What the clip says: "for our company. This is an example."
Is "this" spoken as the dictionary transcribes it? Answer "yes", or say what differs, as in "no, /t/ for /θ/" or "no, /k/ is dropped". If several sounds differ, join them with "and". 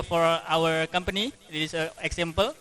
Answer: no, /s/ is dropped